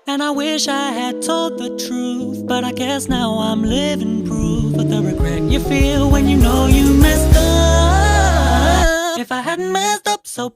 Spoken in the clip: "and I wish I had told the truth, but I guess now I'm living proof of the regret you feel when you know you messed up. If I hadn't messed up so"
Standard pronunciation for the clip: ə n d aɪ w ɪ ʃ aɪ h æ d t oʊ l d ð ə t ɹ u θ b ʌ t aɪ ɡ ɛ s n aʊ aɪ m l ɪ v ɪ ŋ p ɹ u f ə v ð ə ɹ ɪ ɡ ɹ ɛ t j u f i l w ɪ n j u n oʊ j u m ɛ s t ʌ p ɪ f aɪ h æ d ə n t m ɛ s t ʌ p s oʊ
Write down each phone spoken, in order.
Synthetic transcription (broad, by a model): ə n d aɪ w ɪ ʃ aɪ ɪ d t oʊ l d ð ə t ɹ u θ b ʌ t aɪ ɡ ɛ s n aʊ aɪ m l ɪ v ɪ ŋ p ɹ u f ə ð ə ɹ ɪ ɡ ɹ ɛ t j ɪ f i l w ɪ n j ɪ n oʊ j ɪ m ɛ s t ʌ ɪ f aɪ h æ d n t m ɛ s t ʌ p s oʊ